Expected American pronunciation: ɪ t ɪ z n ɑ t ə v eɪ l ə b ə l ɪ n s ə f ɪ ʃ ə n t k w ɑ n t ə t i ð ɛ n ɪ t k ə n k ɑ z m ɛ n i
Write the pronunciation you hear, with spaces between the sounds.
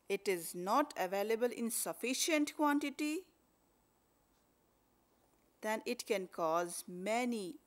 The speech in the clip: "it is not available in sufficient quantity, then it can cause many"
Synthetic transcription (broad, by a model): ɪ t ɪ z n ɑ t ə v eɪ l ə b ə l ɪ n s ə f ɪ ʃ ə n t k w ɑ n t ə t i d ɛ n ɪ t k ə n k ɑ z m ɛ n i